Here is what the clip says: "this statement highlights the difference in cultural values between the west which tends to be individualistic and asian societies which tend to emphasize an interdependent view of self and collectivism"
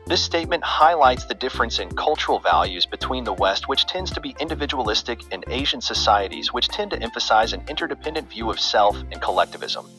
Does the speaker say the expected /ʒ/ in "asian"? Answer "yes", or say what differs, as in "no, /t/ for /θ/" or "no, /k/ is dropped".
yes